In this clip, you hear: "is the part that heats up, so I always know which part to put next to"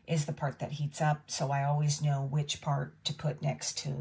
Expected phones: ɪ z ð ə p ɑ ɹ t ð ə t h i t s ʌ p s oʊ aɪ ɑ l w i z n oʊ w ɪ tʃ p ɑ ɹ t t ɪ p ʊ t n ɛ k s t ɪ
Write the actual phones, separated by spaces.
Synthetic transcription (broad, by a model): ɪ z ð ə p ɑ ɹ t ð ə t h i t s ʌ p s oʊ aɪ ɑ l w i z n oʊ w ɪ tʃ p ɑ ɹ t t ɪ p ʊ t n ɛ k s t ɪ